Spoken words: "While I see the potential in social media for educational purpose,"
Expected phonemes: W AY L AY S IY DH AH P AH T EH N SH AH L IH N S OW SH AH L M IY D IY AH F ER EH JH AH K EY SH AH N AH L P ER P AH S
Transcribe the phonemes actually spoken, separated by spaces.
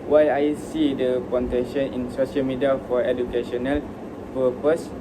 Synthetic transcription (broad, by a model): W AY AY S IY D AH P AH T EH SH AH N IH N S OW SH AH L M IY D IY AH F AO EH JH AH K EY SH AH N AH L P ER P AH S